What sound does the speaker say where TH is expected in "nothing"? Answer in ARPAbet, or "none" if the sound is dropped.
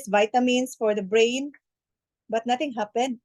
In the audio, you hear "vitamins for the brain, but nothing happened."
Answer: T